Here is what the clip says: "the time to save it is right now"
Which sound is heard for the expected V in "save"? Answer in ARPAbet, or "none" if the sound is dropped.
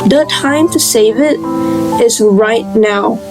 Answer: V